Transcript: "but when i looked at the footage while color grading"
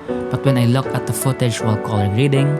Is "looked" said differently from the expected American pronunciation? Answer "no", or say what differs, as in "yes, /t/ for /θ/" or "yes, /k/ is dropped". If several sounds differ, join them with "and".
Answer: yes, /t/ is dropped